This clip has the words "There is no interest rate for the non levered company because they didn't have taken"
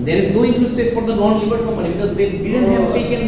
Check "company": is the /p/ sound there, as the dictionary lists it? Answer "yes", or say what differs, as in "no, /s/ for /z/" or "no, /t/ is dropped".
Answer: no, /p/ is dropped